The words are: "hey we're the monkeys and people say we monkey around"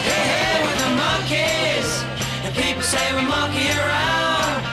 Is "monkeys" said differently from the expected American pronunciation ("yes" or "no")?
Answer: yes